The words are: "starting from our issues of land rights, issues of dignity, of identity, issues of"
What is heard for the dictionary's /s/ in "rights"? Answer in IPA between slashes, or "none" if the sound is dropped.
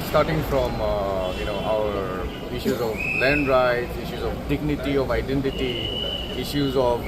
none